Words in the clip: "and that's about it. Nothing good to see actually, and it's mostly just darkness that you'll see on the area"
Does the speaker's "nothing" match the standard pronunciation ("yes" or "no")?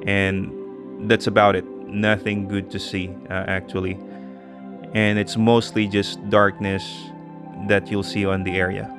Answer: yes